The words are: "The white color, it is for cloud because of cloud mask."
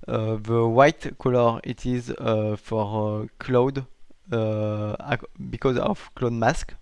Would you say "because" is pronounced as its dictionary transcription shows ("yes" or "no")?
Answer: yes